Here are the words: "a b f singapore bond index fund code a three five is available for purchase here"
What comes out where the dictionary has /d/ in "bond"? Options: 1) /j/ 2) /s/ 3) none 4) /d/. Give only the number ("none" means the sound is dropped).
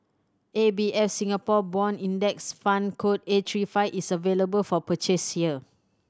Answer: 3